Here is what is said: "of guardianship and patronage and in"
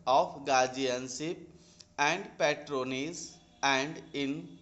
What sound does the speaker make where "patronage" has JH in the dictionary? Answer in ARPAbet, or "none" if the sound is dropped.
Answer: Z